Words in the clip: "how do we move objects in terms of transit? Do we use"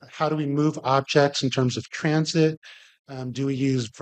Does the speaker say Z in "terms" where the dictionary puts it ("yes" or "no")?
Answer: yes